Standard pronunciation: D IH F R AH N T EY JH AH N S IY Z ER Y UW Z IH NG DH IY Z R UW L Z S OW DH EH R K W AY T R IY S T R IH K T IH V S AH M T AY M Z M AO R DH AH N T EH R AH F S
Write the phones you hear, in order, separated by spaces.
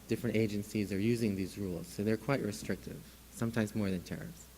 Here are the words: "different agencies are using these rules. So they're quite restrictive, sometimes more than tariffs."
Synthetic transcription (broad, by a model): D IH F R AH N T EY JH AH N S IY Z ER Y UW Z IH NG DH IY Z R UW L Z S OW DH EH R K W AY T R IY S T R IH K T IH V S AH M T AY M Z M AO R DH AH N T EH R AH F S